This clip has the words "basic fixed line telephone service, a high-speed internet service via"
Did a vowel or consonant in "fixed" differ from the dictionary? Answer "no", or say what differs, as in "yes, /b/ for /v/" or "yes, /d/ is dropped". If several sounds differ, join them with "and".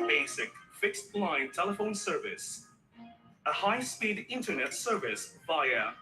no